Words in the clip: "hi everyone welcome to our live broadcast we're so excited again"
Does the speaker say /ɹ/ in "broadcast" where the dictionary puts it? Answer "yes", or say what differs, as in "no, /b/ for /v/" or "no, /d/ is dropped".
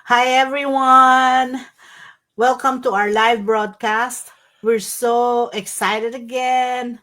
yes